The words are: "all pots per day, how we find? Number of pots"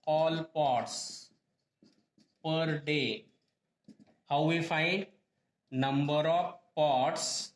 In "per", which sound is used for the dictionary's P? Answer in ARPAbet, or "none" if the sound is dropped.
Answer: P